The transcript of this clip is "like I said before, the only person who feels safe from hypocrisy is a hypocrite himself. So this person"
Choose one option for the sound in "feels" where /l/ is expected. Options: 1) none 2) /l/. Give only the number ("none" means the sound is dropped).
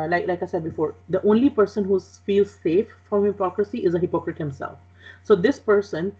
2